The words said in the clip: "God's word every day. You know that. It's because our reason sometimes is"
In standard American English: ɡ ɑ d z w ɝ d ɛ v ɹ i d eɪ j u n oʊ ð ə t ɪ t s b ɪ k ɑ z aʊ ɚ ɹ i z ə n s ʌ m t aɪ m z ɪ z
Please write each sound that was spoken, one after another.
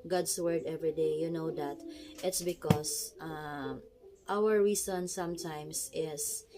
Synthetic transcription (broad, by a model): ɡ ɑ d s w ɝ d ɛ v ɹ i d eɪ j u n oʊ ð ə t ɪ t s b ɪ k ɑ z aʊ ɚ ɹ i s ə n s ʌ m t aɪ m s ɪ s